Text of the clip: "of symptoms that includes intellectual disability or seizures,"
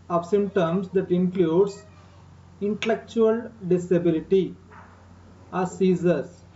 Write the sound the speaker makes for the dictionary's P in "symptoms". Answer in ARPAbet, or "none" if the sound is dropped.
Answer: none